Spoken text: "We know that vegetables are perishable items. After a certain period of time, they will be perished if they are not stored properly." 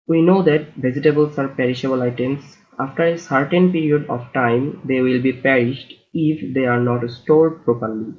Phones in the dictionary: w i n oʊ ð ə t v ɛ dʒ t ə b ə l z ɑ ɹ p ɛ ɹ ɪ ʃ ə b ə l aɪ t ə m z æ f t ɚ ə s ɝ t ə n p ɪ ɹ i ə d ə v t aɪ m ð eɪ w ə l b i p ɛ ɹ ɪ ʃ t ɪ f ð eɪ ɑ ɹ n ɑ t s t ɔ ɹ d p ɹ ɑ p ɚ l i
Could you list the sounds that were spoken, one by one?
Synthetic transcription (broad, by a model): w i n oʊ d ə t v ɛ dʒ t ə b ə l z ɑ ɹ p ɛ ɹ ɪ ʃ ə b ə l aɪ t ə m s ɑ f t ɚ ə s ɝ t ə n p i ɹ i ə d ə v t aɪ m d eɪ w ə l b i p ɛ ɹ ɪ ʃ t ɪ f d eɪ ɑ ɹ n ɑ t s t ɔ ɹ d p ɹ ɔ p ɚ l i